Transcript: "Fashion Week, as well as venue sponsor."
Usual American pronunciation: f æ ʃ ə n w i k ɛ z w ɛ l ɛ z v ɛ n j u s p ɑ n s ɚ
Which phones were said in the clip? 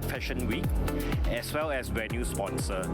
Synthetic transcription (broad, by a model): f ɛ ʃ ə n w i k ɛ s w ɛ l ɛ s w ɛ n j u s p ɑ n s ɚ